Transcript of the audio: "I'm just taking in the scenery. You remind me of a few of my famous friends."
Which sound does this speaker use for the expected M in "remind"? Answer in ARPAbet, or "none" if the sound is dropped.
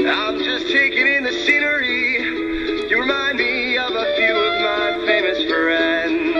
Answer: M